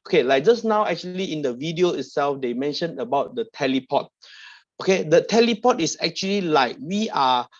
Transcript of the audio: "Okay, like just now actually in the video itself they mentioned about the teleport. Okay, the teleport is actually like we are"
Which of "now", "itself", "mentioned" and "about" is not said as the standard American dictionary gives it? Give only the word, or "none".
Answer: mentioned